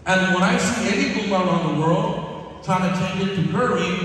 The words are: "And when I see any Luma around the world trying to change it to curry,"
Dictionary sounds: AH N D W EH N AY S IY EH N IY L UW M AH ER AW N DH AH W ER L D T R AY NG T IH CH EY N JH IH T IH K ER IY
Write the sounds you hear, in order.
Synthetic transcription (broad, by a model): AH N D W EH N AY S IY EH N IY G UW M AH ER AW N DH AH W ER L D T AY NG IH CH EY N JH IH T IH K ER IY